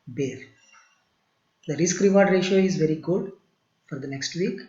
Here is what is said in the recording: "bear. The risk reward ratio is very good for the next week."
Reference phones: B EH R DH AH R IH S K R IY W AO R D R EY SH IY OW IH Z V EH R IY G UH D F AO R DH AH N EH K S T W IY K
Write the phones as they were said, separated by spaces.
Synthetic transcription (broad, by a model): B EH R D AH R IH S K R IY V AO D R EY SH IY OW IH Z V EH R IY G UH D F AO R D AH N EH K S T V IY K